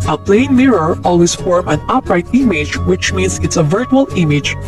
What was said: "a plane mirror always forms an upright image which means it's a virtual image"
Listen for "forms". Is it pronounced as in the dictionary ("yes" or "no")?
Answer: no